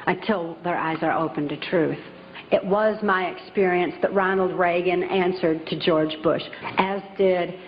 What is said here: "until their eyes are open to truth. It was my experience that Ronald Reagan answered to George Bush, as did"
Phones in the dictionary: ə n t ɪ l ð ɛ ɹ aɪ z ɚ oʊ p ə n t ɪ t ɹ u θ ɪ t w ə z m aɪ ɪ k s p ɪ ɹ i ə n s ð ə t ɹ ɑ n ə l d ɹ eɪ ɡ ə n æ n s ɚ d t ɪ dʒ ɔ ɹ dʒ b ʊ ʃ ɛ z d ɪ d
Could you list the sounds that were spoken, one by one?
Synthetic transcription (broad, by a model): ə n t ɪ l ð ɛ ɹ aɪ z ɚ oʊ p ə n t ɪ t ɹ u θ ɪ t w ə z m aɪ ɪ k s p ɪ ɹ i ə n s ð ə t ɹ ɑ n l d ɹ eɪ ɡ ə n æ n s ɚ d t ɪ dʒ ɔ ɹ dʒ b ʊ ʃ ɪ z d ɪ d